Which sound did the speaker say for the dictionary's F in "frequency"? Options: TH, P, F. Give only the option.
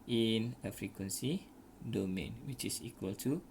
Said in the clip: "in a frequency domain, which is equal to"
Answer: F